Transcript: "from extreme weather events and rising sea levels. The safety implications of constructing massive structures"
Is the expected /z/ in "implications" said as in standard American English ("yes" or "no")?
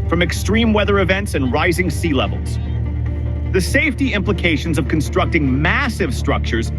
yes